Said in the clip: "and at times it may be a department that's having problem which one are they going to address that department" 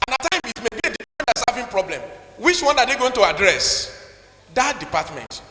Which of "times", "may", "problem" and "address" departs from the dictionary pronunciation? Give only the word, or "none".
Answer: times